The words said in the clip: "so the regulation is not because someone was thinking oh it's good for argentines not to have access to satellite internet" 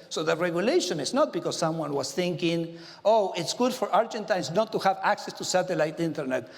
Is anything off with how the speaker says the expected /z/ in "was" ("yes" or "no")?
yes